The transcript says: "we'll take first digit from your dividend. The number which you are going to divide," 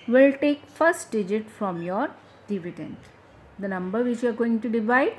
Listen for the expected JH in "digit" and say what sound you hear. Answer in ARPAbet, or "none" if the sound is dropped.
JH